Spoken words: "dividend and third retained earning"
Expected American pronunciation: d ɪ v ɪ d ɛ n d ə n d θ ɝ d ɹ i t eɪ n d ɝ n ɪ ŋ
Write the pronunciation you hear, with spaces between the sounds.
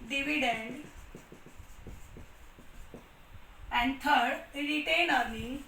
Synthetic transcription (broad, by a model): d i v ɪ d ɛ n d ə n d t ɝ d ɹ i t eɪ n ɝ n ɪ